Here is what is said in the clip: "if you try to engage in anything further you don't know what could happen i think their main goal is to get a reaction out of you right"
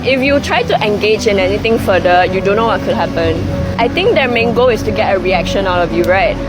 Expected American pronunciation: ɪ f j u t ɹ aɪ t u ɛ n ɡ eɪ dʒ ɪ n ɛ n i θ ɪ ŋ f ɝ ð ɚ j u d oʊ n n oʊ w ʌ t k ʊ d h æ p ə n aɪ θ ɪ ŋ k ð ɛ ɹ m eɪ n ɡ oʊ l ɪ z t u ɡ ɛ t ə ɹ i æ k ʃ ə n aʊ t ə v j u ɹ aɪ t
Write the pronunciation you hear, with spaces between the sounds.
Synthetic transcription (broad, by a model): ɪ f j u t ɹ aɪ t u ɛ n ɡ eɪ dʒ ɪ n ɛ n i t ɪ ŋ f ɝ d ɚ j u d oʊ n n oʊ w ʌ t k ʊ d h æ p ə n aɪ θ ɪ ŋ k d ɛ m eɪ n ɡ oʊ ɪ s t u ɡ ɛ t ə ɹ i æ k ʃ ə n aʊ t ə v j u ɹ aɪ t